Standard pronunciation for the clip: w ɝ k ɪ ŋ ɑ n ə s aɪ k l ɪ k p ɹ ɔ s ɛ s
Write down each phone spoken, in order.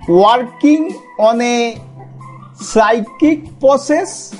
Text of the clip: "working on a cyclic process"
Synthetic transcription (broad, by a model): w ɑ k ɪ ŋ ɑ n ə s aɪ k ɪ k p ɹ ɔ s ɛ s